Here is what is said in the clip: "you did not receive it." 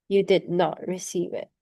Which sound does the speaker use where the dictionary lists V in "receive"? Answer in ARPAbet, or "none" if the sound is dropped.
V